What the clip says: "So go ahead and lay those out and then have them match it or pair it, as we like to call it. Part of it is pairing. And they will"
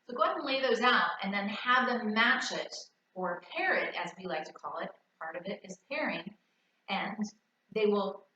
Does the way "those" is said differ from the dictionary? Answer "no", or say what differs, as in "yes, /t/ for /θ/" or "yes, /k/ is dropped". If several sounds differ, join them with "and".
no